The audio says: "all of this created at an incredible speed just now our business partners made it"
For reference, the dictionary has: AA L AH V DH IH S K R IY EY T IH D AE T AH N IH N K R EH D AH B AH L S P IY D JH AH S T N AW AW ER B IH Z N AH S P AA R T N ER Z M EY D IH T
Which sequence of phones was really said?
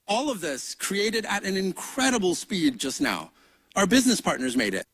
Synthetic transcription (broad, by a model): AA L AH V DH IH S K R IY EY T IH D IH T AH N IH N K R EH D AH B L S P IY D JH AH S T N AW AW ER B IH Z N AH S P AA R T N ER Z M EY D IH T